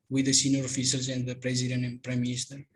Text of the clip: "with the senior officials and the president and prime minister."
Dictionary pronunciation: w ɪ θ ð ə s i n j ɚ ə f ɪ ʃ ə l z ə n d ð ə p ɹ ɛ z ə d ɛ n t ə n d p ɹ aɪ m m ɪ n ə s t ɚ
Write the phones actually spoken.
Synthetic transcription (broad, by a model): w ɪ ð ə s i n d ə f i s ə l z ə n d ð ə p ɹ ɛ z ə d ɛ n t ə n p ɹ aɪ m m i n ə s t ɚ